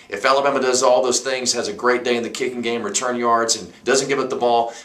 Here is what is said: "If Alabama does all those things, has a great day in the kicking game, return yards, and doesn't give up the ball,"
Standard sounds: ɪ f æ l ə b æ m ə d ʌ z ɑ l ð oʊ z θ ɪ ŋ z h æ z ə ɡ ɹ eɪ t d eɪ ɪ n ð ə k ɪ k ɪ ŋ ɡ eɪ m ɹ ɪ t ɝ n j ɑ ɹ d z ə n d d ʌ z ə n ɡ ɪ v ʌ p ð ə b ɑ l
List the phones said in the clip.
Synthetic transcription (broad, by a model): ɪ f æ l ə b æ m ə d ʌ z ɑ l ð oʊ z θ ɪ ŋ z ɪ z ə ɡ ɹ eɪ t d eɪ ɪ n ð ə k ɪ k ɪ ŋ ɡ eɪ m ɹ ɪ t ɝ n j ɑ ɹ d z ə n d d ʌ z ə n ɡ ɪ v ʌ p ð ə b ɑ l